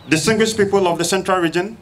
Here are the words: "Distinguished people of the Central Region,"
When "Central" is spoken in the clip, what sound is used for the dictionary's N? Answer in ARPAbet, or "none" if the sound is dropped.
N